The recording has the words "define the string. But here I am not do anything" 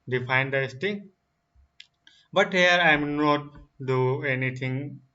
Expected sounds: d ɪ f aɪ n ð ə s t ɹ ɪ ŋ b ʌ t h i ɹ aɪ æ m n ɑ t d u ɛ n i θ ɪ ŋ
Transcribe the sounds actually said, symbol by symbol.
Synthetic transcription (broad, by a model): d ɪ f aɪ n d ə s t ɪ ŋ b ʌ t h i ɹ aɪ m n ɑ t d u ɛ n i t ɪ ŋ